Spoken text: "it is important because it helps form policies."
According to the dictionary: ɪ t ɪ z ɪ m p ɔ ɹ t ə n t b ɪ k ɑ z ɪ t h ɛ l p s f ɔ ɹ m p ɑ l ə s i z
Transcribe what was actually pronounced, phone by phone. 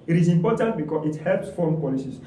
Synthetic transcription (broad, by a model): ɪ t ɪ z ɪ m p ɔ t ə n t b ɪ k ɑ ɪ t h ɛ l p s f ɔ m p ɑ l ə s i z